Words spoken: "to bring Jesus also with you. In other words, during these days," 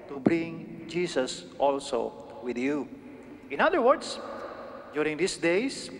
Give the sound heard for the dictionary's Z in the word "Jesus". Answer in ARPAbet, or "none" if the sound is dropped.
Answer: S